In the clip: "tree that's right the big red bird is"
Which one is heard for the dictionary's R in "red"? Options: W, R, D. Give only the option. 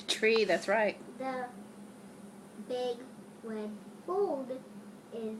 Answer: W